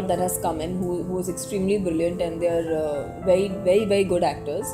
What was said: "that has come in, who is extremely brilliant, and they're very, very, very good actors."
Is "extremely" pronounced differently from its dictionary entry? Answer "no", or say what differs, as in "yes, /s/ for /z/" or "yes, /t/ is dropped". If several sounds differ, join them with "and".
no